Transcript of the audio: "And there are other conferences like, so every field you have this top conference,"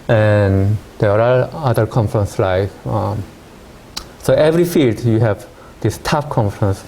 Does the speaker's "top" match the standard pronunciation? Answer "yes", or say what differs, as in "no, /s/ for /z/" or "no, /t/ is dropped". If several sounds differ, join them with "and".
no, /f/ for /p/